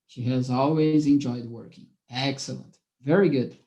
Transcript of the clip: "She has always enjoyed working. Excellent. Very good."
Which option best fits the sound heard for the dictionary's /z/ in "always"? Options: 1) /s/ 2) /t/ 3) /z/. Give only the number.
3